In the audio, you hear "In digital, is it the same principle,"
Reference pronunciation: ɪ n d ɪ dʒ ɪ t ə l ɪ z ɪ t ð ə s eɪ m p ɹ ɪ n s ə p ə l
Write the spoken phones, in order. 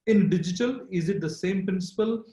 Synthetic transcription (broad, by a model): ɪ n d ɪ dʒ ɪ t ə l ɪ z ɪ t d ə s eɪ m p ɹ ɪ n s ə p ə l